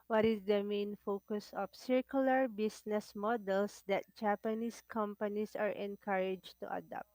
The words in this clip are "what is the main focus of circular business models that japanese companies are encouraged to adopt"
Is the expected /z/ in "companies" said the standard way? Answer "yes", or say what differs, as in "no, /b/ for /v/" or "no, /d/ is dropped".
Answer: no, /s/ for /z/